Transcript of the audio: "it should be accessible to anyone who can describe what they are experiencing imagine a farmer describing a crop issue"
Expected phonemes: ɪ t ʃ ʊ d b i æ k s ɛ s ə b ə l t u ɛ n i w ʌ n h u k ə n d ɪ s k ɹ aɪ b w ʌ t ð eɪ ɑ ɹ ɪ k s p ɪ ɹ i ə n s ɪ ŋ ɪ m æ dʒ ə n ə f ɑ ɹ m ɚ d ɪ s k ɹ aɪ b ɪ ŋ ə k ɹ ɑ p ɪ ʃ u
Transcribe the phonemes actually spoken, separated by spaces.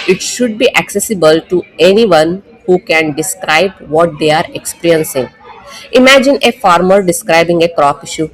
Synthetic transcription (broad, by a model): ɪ t ʃ ʊ d b i æ k s ɛ s ə b ə l t u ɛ n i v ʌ n h u k ə n d ɪ s k ɹ aɪ b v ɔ t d eɪ ɑ ɹ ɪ k s p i ɹ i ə n s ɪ ŋ ɪ m æ dʒ ə n ə f ɑ ɹ m ɚ d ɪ s k ɹ aɪ b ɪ ŋ ə k ɹ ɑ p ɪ ʃ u